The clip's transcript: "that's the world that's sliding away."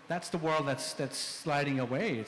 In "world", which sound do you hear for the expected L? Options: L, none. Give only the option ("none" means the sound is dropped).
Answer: L